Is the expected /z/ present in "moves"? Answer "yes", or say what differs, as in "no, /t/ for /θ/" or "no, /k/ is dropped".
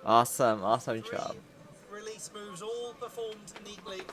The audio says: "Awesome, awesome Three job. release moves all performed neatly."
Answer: yes